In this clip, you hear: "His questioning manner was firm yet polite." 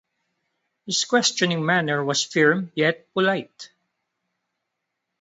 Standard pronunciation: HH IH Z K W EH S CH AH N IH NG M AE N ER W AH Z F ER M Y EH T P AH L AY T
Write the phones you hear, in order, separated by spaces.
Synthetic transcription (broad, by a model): HH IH S K W EH S CH AH N IH NG M AE N ER W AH S F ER M Y EH T P AH L AY T